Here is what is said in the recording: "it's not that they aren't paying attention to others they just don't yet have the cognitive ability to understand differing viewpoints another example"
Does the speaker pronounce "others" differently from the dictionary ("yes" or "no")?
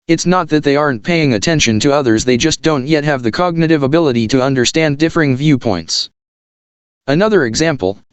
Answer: no